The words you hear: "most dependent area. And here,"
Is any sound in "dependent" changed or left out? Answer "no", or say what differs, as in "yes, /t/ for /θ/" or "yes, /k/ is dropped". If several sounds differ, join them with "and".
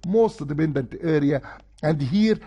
yes, /b/ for /p/